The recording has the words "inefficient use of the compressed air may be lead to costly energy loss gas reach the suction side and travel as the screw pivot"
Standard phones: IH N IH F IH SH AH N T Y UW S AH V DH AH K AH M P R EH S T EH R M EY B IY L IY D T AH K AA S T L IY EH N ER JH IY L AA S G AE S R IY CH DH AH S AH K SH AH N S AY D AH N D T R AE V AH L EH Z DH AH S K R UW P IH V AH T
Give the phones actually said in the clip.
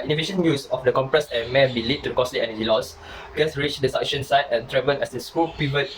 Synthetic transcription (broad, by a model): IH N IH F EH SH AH N Y UW S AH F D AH K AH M P R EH S EH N M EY B IY L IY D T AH K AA S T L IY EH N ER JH IY L AA S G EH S R IY CH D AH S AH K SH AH N S AY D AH N T R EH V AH N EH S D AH S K UW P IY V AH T